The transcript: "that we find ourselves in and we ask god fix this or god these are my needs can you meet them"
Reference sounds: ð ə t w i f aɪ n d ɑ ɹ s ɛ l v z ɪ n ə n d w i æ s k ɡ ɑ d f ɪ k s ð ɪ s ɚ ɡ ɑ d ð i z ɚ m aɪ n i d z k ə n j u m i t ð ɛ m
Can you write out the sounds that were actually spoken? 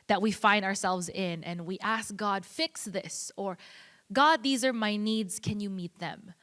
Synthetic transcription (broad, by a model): ð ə t w i f aɪ n d ɑ ɹ s ɛ l v z ɪ n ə n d w i æ s k ɡ ɑ d f ɪ k s ð ɪ s ɚ ɡ ɑ d ð i z ɚ m aɪ n i d z k ə n j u m i t ð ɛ m